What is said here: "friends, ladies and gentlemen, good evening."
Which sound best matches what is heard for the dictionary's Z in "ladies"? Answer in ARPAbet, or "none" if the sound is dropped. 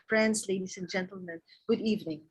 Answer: S